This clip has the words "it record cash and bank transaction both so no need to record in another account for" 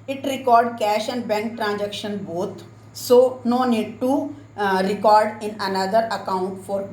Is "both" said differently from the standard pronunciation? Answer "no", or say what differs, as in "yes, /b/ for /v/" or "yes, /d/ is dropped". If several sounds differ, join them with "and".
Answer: yes, /t/ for /θ/